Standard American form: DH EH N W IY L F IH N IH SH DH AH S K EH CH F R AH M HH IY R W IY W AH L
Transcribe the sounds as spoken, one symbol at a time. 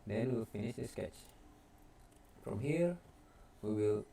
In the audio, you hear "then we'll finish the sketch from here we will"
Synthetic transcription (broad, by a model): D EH N W IY L F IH N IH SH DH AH S K EH CH F R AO M HH IY R W IY W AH L